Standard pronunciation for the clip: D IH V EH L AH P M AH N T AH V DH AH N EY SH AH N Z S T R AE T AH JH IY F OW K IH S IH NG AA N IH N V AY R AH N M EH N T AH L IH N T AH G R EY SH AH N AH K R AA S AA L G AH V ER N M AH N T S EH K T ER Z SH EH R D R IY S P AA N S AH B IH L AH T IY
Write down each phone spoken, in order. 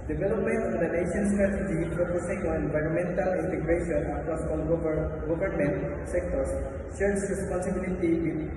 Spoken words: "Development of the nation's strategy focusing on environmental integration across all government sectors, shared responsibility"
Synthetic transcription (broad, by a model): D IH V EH L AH P M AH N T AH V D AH N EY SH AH N S T R AE T AH JH IY P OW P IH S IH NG AA N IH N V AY R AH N M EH N T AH L IH N T AH G R EY SH AH N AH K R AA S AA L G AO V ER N M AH N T S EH K T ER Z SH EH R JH R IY S P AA N S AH B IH L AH T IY